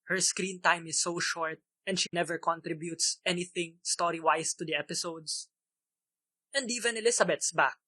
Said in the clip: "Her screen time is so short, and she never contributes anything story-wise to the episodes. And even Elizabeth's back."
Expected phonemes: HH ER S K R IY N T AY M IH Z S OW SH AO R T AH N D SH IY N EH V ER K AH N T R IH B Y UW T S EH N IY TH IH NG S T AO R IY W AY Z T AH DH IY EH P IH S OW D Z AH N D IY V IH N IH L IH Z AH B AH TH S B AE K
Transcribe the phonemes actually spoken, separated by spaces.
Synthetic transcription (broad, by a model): HH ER S K R IY N T AY M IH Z S OW SH AO R T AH N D SH IY N EH V ER K AH N T R IH B Y UW T S EH N IY TH IH NG S T AO R IY W AY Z T AH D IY EH P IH S OW D S AH N D IY V IH N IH L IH S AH B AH T S B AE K